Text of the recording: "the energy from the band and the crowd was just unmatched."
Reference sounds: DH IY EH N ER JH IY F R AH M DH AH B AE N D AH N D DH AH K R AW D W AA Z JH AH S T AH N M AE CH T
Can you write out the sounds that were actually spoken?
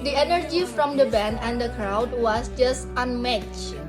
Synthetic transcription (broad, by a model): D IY EH N ER JH IY F R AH M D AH B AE N AH N D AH K R AW D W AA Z JH AH S T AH N M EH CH